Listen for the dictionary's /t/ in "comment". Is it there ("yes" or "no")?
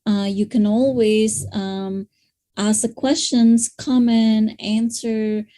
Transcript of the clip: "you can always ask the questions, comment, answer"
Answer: no